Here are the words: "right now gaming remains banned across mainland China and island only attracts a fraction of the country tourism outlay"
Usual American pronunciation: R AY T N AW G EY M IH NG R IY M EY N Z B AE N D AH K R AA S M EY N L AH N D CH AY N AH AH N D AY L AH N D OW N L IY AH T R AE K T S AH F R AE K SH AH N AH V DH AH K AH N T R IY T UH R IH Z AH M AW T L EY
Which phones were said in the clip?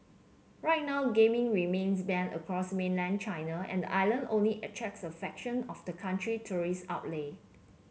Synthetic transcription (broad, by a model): R AY T N AW G EY M IH NG R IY M EY N S B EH N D AH K R AA S M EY N L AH N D CH AY N AH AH N D AY L AH N D OW N L IY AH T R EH K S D AH F EH K SH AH N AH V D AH K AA N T R IY T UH R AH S AW T L EY